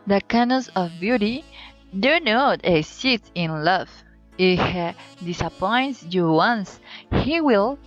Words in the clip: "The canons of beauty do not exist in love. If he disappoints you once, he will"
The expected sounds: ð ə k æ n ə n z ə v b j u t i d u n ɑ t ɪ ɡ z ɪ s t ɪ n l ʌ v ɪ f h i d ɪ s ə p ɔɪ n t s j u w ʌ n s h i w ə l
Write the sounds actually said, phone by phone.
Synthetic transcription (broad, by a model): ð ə k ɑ n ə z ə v b j u t i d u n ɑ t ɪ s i t ɪ n l ʌ v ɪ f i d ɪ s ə p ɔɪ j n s j u w ʌ n s h i w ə l